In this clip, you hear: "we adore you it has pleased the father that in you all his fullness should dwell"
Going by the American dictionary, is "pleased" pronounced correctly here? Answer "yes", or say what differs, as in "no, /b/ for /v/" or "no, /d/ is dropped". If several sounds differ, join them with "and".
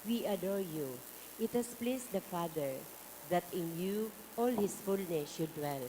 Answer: no, /s/ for /z/